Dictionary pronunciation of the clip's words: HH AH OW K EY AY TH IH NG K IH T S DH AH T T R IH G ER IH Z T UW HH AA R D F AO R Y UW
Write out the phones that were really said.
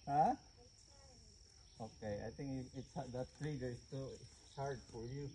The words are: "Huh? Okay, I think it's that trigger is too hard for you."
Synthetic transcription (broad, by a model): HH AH OW K EY AY T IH NG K IH T S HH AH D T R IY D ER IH S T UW HH AA R D F AO R Y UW